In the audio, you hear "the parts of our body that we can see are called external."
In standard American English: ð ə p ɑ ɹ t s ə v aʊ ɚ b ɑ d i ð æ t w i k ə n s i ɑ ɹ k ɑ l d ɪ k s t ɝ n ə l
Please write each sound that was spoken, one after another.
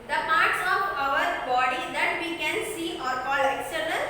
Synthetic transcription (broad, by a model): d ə p ɑ ɹ t s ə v aʊ ɚ b ɑ d i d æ t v i k ə n s i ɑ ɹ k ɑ l ɪ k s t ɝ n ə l